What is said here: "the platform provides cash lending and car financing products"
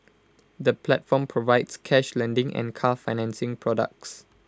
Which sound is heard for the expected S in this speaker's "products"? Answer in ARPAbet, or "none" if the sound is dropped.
S